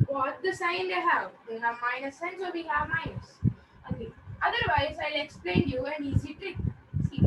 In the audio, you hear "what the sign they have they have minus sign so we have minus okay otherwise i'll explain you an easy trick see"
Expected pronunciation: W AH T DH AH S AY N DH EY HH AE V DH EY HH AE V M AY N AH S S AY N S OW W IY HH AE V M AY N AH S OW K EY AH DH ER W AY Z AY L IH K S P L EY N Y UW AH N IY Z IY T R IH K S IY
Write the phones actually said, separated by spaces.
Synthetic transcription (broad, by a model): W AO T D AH S AY N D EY HH AE V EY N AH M AY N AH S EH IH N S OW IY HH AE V M AY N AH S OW EY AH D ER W AY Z AY L IH K S P L EY N Y UW AH N IY Z IY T IH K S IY